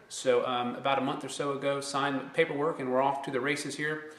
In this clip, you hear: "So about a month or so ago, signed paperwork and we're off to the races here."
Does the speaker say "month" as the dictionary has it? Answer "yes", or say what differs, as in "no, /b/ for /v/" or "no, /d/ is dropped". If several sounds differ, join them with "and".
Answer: yes